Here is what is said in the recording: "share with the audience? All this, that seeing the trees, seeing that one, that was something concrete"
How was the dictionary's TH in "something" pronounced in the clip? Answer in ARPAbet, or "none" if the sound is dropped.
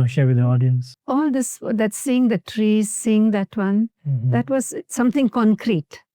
T